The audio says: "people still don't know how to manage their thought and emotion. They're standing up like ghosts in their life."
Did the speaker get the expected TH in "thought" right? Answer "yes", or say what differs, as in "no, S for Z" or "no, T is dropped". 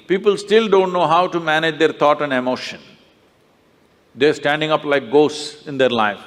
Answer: no, T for TH